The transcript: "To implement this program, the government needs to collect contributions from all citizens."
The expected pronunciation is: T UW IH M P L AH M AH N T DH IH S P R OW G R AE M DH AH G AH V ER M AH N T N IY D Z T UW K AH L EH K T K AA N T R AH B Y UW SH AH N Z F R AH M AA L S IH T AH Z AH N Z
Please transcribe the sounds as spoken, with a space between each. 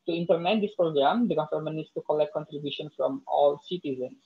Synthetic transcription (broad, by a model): T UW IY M P L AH M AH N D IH S P R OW G R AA M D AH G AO F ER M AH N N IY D S T UW K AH L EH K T K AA N T R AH B Y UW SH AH N F R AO M AA L S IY T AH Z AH N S